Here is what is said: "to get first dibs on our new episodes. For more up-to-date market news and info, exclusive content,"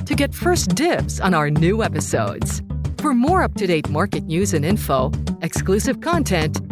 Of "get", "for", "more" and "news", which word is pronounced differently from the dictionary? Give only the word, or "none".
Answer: none